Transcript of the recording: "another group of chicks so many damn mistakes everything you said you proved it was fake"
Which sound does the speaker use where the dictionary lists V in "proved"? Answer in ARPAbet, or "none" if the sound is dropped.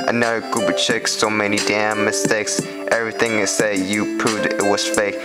none